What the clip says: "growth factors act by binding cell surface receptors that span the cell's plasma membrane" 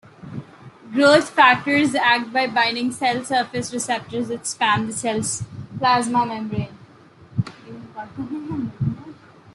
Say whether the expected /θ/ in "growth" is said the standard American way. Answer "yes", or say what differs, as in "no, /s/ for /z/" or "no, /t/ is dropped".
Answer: no, /t/ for /θ/